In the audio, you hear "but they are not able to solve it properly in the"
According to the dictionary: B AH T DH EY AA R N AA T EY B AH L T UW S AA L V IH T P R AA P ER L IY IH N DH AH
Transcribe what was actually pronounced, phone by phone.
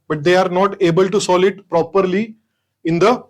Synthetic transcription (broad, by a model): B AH T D EY AA R N AA T EY B AH L T UW S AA L IH T P R AA P ER L IY IH N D AH